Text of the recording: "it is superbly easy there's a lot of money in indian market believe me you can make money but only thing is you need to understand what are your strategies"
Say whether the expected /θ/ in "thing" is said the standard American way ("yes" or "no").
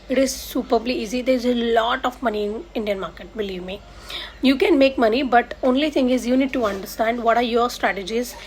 no